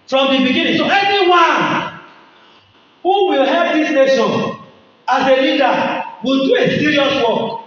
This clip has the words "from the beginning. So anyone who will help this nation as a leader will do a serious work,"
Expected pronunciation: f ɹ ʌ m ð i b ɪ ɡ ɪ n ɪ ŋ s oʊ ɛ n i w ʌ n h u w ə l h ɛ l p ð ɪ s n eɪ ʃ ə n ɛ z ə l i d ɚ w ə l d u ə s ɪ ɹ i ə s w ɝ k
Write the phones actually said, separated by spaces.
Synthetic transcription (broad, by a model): f ɹ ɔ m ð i b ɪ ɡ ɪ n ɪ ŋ s oʊ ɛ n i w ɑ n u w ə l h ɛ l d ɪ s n eɪ s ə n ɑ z ə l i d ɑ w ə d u ə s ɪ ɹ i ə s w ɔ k